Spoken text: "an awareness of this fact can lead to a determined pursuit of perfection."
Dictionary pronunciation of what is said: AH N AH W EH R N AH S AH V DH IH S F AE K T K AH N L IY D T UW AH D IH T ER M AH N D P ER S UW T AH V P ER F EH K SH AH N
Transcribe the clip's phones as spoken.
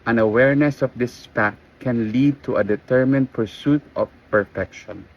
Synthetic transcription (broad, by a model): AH N AH W EH R N AH S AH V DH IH S P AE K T K AH N L IY D T UW AH D IH T ER M AH N D P ER S UW T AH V P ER F EH K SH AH N